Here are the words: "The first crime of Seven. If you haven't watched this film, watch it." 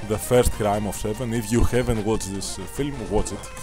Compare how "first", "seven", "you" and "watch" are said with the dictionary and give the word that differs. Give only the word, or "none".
watch